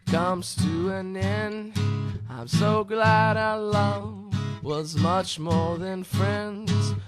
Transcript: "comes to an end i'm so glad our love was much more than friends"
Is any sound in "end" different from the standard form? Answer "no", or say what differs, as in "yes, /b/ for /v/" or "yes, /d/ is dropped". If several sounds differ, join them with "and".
yes, /d/ is dropped